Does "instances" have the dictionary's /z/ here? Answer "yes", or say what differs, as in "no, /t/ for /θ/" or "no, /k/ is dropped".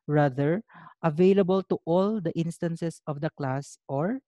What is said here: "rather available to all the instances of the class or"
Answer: no, /s/ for /z/